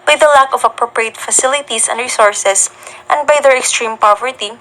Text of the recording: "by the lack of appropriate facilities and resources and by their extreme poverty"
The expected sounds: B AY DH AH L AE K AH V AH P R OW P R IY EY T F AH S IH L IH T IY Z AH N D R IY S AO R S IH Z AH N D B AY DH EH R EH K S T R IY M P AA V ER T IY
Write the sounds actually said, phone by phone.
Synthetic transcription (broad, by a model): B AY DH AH L AE K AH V AH P R OW P R IY EY T F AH S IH L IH T IY S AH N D R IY S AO R S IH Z AH N D B AY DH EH R EH K S T R IY M P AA V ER T IY